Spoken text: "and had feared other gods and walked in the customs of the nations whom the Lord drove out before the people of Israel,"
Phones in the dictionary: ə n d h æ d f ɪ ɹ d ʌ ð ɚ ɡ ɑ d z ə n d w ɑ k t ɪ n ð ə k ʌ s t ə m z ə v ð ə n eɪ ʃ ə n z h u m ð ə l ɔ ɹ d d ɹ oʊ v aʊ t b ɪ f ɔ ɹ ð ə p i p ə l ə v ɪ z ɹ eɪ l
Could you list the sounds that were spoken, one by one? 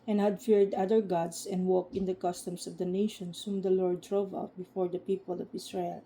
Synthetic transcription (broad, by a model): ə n h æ d f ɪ ɹ d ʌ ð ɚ ɡ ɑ d s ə n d w ɑ k t ɪ n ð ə k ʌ s t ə m s ə v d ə n eɪ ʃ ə n s h u m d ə l ɔ ɹ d d ɹ oʊ v aʊ t b ɪ f ɔ ɹ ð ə p i p ə l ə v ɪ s ɹ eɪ l